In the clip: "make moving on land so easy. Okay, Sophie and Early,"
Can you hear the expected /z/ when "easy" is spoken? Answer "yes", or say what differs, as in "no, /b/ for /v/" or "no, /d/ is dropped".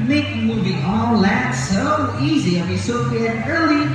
yes